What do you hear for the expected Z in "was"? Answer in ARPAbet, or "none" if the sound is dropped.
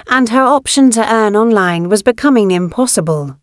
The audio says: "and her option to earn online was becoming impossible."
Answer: Z